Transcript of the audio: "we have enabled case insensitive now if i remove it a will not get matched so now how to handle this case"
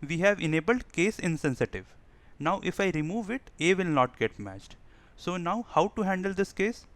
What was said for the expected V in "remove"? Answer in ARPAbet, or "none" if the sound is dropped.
V